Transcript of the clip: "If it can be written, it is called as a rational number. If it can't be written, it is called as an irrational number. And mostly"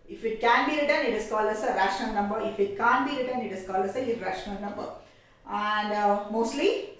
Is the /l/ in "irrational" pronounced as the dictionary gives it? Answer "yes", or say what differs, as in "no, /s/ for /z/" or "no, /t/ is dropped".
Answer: no, /n/ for /l/